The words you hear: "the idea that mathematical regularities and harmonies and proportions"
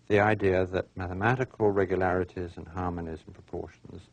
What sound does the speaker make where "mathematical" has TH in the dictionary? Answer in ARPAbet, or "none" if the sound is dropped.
TH